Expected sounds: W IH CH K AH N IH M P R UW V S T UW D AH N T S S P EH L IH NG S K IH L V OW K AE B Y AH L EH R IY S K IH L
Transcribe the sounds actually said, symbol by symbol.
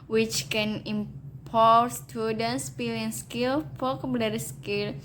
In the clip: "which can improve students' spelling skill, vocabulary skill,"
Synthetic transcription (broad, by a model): W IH CH K AH N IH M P AO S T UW D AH N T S S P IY L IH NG S K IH L P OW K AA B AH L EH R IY S K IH L